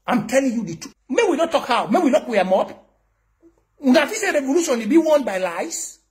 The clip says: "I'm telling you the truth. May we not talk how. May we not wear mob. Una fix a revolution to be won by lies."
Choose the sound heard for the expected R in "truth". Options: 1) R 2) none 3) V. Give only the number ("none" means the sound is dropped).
2